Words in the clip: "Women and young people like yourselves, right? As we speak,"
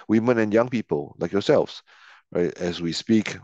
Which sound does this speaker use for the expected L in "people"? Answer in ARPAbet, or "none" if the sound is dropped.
L